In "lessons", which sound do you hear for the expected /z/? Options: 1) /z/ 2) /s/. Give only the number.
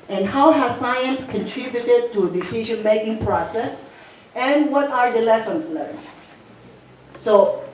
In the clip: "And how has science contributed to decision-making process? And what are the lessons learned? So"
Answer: 2